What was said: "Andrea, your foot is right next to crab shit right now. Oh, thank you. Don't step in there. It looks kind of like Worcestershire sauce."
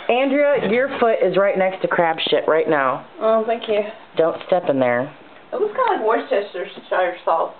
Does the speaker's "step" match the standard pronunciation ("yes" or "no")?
yes